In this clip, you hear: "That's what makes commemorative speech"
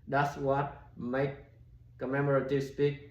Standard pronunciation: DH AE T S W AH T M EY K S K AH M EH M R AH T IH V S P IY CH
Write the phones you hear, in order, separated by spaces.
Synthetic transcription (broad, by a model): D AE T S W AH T M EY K K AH M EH M R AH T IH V S P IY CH